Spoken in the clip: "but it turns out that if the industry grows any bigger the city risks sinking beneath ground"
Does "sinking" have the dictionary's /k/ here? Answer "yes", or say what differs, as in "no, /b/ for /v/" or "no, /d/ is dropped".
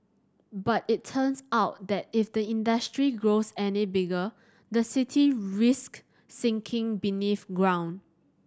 yes